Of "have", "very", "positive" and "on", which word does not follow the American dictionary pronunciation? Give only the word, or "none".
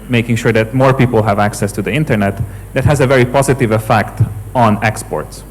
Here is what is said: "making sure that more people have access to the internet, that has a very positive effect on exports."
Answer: none